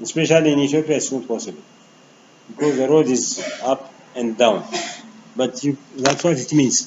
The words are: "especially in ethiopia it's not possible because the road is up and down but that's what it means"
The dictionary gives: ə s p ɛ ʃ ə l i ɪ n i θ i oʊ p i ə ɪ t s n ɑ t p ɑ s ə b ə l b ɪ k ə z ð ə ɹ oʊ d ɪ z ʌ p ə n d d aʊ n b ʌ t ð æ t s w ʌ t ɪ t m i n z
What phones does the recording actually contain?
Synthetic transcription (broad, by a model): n s p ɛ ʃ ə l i ɪ n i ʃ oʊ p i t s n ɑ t p ɑ s ə b ə l b ɪ k ə z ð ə ɹ oʊ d ɪ z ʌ p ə n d d aʊ n b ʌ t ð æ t s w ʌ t ɪ t m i n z